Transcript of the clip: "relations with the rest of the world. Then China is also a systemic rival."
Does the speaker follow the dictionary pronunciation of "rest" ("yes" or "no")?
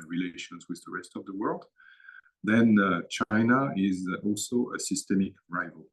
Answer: yes